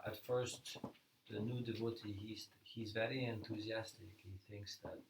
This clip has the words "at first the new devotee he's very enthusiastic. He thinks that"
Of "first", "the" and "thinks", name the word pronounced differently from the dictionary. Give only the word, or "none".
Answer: none